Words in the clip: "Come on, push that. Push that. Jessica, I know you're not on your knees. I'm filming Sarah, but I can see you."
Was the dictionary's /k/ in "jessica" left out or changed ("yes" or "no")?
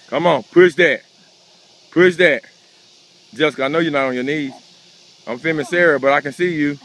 yes